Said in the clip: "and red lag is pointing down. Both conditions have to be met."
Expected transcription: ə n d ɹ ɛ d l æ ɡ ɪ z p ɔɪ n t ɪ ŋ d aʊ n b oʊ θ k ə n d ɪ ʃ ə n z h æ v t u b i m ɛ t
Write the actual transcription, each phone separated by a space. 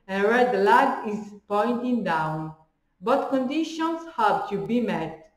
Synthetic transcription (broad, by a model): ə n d ɹ ɛ d l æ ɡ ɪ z p ɔɪ n t ɪ ŋ d aʊ n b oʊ t k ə n d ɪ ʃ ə n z h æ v t u b i m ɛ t